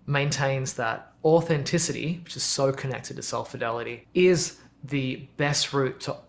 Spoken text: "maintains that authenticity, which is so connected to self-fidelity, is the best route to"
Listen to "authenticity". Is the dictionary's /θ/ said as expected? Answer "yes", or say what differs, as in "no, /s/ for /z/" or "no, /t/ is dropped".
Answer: yes